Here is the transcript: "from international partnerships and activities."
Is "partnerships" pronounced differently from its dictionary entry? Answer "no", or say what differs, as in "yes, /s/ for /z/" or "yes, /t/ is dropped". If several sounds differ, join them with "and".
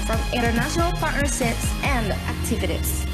yes, /s/ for /ʃ/